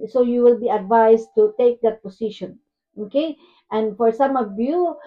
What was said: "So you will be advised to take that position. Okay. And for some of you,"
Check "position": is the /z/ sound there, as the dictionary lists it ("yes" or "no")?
no